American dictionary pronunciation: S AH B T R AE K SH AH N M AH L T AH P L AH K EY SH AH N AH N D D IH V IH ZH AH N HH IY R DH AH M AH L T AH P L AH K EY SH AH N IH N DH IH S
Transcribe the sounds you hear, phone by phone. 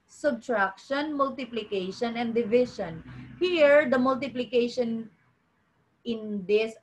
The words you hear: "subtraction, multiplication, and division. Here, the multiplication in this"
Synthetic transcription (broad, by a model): S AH B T R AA K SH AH N M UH L T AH P L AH K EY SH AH N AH N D D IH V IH SH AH N HH IY R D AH M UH L T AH P L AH K EY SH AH N IH N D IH S